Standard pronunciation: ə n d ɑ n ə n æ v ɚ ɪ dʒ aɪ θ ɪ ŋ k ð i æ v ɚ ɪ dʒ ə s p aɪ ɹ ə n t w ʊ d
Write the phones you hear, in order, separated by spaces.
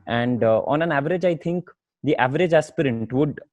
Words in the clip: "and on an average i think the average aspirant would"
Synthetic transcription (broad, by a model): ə n d ɑ n ə n æ v ɚ ɪ dʒ aɪ t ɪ ŋ k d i æ v ɚ ɪ dʒ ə s p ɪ ɹ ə t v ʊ d